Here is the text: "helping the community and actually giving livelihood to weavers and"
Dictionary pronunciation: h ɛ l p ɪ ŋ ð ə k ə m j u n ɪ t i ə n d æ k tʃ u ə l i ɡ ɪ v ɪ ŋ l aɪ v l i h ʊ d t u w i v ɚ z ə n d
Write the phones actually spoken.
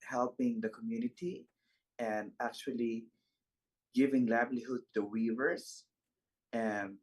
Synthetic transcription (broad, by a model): h ɛ l p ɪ ŋ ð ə k ə m j u n ɪ t i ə n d æ k tʃ u ə l i ɡ ɪ v ɪ ŋ l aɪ b l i h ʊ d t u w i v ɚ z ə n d